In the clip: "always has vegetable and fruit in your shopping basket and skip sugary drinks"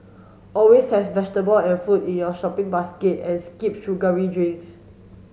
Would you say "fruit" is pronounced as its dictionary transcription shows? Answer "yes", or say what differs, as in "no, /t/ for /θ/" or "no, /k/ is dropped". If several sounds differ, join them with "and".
no, /ɹ/ is dropped